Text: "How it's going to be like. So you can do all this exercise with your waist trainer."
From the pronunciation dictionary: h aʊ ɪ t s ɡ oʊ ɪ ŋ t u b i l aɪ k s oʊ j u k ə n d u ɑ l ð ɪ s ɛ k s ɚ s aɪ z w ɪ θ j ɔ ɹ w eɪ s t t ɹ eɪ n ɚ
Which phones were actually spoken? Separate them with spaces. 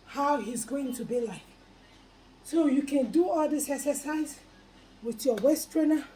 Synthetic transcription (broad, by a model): h aʊ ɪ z ɡ oʊ ɪ ŋ t u b i l aɪ k s oʊ j u k ə n d u ɑ l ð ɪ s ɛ s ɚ s aɪ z w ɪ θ j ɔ w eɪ s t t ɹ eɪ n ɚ